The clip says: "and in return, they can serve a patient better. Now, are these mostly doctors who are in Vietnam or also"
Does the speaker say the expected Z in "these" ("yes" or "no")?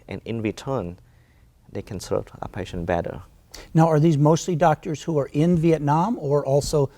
yes